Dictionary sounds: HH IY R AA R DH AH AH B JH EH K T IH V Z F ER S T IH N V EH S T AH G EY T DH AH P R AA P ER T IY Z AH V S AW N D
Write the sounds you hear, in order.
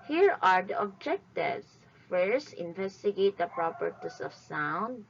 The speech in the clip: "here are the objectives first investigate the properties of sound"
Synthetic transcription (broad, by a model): HH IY R AA R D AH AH B JH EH K T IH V S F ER S IH N V EH S T AH G EY T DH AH P R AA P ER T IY S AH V S AW N D